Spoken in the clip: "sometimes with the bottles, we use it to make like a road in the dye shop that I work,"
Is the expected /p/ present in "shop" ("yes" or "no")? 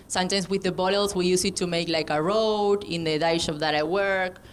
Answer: no